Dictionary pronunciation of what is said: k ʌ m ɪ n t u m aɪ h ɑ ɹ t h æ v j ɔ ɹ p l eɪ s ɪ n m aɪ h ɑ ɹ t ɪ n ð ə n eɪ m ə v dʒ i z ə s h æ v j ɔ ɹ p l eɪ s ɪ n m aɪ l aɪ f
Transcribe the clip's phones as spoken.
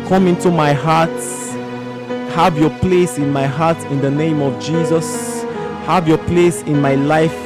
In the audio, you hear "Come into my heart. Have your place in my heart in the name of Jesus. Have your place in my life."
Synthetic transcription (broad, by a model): k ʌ m ɪ n t u m aɪ h ɑ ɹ t h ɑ v j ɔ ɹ p l eɪ s ɪ n m aɪ h ɑ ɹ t ɪ n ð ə n eɪ m ə v dʒ i z ə s h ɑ v j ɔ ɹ p l eɪ s ɪ n m aɪ l aɪ f